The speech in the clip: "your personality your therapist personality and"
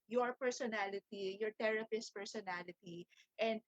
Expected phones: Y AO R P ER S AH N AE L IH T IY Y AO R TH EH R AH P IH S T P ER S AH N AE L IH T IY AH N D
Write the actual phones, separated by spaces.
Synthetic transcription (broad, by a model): Y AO R P ER S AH N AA L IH T IY Y AO R T EH R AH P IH S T P ER S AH N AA L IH T IY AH N D